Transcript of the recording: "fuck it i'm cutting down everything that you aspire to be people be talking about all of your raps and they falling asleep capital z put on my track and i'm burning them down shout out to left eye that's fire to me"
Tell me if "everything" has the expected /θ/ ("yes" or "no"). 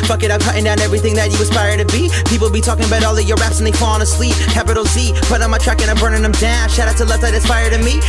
yes